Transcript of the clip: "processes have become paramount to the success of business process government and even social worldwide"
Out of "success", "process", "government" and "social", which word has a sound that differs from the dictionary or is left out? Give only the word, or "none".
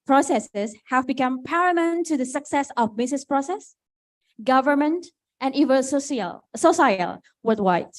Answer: social